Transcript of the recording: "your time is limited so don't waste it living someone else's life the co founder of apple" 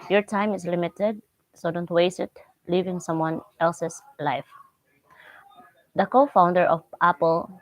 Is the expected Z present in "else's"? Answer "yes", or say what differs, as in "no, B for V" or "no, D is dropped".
no, S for Z